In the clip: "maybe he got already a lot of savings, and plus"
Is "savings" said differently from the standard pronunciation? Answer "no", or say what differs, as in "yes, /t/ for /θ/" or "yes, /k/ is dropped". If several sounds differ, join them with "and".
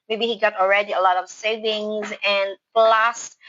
no